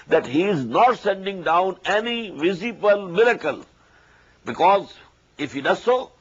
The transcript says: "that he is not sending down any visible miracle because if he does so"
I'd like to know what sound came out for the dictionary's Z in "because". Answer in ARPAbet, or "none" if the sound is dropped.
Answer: Z